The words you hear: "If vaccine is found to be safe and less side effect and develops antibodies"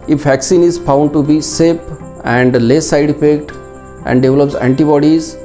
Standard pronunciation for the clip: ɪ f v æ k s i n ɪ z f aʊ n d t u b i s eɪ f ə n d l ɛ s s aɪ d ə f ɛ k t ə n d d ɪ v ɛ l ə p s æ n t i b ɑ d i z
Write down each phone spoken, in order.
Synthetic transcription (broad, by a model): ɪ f v æ k s i n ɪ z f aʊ n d t u b i s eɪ p ə n d l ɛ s s aɪ d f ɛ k t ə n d d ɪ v l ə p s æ n t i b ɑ d i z